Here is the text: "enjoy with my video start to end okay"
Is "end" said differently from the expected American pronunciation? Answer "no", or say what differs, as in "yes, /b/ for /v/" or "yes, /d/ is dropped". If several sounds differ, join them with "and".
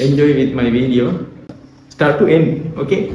yes, /d/ is dropped